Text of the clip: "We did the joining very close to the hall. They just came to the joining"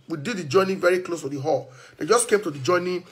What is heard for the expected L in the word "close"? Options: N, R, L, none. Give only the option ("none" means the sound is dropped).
L